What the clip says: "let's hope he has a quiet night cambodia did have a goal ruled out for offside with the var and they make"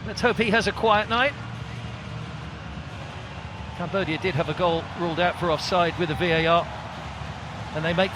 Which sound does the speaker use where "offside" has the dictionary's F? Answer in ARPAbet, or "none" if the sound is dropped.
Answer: F